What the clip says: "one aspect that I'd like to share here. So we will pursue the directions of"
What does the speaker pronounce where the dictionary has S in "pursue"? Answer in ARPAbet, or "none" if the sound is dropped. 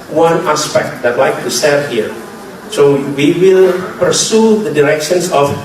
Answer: S